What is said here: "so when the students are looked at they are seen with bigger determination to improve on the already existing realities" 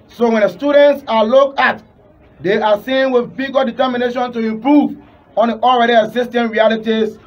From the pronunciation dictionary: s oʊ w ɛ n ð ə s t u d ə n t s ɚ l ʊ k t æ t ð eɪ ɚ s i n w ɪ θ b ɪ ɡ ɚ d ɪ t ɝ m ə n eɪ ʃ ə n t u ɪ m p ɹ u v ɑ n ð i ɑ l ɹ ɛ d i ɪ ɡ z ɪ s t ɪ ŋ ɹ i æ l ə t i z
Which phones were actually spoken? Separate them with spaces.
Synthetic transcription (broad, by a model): s oʊ w ɛ n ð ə s t u d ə n t s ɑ l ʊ k ɑ t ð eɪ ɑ s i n w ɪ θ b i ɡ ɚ d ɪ t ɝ m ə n eɪ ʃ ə n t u ɪ m p ɹ u v ɑ n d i ɑ l ɹ ɛ d i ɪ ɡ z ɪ s t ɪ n ɹ i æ l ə t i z